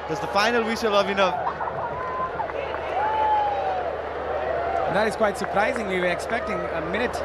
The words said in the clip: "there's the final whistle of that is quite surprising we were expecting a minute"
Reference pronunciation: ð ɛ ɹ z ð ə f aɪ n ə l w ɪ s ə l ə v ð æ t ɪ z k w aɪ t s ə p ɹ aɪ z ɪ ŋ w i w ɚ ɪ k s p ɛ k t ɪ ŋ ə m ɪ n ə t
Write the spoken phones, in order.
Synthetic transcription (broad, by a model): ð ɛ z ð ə f aɪ n ə l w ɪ ʃ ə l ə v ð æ t ɪ z k w aɪ t s ə p ɹ aɪ z ɪ ŋ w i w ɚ ɪ k s p ɛ k t ɪ ŋ ə m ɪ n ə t